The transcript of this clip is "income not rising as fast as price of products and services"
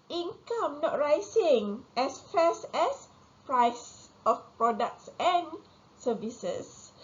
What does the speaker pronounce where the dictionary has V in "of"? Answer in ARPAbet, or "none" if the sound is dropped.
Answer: F